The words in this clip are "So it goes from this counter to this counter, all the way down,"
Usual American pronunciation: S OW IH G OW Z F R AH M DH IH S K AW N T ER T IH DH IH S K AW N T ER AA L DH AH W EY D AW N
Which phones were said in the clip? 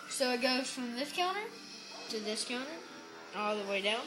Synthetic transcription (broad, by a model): S OW IH G OW F R AH M DH IH S K AW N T ER T IH DH IH S K AW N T ER AA L DH AH W EY D AW N